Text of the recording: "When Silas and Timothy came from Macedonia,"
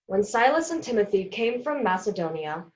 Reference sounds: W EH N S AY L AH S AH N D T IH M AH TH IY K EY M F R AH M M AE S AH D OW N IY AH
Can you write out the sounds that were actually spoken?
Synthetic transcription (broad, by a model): W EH N S AY L AH S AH N T IH M AH TH IY K EY M F R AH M M AE S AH D OW N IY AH